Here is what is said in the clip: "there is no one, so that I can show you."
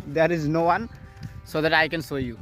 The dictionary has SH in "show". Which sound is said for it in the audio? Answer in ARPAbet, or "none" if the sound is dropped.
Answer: S